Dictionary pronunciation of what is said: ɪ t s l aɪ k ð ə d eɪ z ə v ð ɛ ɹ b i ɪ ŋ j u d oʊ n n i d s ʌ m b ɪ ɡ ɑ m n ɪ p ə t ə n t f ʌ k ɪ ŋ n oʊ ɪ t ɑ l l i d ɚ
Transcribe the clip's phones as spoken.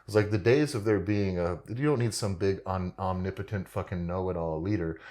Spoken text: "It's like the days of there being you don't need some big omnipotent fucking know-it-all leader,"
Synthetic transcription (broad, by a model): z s l aɪ k ð ə d eɪ z ə v ð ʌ ɹ b i ɪ ŋ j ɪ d oʊ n n i d s ʌ m b ɪ ɡ ɑ m n ɪ p ə t ə n t f ʌ k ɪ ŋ n oʊ ɪ t ɑ l l i d ɚ